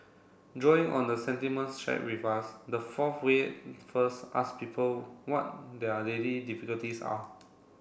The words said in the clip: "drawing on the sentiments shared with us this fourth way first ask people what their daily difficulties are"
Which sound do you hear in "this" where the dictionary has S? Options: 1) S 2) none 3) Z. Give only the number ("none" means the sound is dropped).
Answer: 2